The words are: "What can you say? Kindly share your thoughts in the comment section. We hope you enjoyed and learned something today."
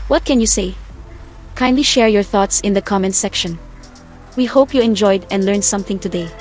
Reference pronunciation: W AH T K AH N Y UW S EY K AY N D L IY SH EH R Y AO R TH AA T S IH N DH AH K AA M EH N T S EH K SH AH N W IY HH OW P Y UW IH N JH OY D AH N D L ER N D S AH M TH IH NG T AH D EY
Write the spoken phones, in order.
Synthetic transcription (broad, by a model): W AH T K AH N Y UW S EY K AY N D L IY SH EH R Y AO R TH AA T S IH N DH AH K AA M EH N S EH K SH AH N W IY HH OW P Y UW IH N JH OY D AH N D L ER N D S AH M TH IH NG T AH D EY